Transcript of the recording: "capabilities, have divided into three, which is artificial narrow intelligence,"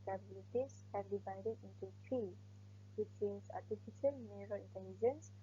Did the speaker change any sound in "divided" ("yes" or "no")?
no